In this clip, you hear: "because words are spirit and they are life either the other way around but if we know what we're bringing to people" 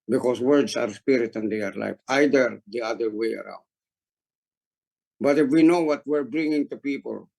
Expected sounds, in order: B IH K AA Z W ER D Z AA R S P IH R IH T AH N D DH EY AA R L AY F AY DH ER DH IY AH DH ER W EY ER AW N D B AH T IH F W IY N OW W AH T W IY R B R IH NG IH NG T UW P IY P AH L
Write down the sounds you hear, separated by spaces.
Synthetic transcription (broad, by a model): B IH K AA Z W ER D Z AA R S P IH R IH T AH N D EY AA R L AY F AY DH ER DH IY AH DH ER W EY ER AW N D B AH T IH F W IY N OW W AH T W IY R B R IH NG IH NG T UW P IY P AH L